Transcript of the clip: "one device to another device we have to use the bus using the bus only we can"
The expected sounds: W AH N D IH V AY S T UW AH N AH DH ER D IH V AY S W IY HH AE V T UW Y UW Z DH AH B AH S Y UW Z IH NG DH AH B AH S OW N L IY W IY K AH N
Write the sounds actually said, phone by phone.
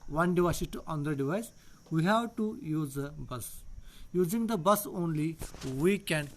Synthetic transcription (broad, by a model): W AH N D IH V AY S T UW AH N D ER D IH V AY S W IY HH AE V T UW Y UW Z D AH B AH S Y UW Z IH NG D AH B AH S OW N L IY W IY K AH N